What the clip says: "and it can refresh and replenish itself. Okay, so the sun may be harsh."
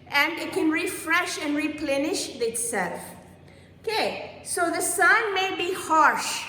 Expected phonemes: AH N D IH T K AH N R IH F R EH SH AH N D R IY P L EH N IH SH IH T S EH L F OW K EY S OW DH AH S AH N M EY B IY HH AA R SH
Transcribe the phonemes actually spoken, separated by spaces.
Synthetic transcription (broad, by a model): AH N D IH T K AH N R IH F R EH SH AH N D R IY P L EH N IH SH IH T S EH L F OW K EY S OW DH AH S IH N M EY B IY HH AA R SH